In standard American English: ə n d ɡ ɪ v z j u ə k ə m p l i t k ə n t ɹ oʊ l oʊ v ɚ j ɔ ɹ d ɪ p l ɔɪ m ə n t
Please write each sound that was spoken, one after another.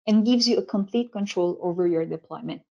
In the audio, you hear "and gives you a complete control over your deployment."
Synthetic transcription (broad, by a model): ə n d ɡ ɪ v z j u ə k ə m p l i t k ə n t ɹ oʊ l oʊ v ɚ j ɔ ɹ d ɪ p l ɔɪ m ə n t